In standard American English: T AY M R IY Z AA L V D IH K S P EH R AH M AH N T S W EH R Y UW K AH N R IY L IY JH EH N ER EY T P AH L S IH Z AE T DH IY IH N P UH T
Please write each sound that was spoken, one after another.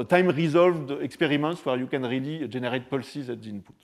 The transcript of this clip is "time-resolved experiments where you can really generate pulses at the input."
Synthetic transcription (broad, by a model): T AY M R IY Z AA L V D IH K S P EH R AH M AH N T S W EH R Y UW K AH N R IY L IY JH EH N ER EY T P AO L S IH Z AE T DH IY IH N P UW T